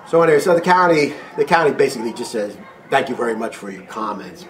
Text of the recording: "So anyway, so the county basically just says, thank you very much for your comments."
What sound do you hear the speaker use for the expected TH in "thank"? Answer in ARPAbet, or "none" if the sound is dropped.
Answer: TH